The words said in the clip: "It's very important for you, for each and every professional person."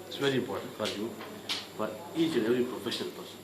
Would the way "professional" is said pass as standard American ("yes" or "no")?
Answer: no